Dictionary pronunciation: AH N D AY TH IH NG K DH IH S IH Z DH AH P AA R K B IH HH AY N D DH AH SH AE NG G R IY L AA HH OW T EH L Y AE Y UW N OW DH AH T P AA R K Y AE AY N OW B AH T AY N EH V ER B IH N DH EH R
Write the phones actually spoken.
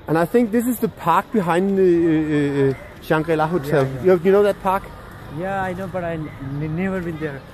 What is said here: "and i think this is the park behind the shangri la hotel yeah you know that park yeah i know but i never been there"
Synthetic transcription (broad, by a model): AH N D AY TH IH NG K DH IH S IH Z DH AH P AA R K B IH HH AY N D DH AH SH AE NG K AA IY L AA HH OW S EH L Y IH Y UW N OW DH AH T P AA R K Y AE AY N OW B AH T AY N EH V ER B IH N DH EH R